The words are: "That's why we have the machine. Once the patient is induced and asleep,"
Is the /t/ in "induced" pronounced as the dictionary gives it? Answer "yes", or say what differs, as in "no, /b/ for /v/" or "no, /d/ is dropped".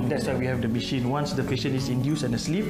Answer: no, /t/ is dropped